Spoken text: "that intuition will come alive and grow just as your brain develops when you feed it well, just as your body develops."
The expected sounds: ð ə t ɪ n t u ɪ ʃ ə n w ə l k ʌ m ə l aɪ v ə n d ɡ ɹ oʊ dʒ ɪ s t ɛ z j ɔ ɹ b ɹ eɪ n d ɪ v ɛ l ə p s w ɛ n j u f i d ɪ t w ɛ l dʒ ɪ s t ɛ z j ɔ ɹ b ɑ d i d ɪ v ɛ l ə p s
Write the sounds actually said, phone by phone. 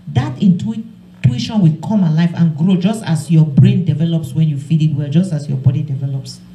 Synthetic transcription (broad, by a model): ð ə t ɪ n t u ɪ ʃ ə n w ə k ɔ m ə l aɪ f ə n ɡ ɹ oʊ dʒ ɪ s t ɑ s j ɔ b ɹ eɪ n d ɪ v ɛ l ə p s w ɛ n j u f i d ɪ t w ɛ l dʒ ɪ s t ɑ s j ɔ b ɑ d i d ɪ v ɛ l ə p s